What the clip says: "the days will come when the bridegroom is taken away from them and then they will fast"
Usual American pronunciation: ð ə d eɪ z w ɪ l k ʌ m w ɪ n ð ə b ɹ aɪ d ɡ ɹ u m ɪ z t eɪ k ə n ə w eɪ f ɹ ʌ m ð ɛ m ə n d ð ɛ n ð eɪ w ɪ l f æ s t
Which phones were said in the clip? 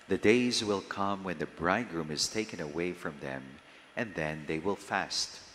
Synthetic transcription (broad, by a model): ð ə d eɪ z w ɪ l k ʌ m w ɪ n ð ə b ɹ aɪ d ɡ ɹ u m ɪ z t eɪ k ə n ə w eɪ f ɹ ʌ m ð ɛ m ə n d ð ɛ n ð eɪ w ɪ l f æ s t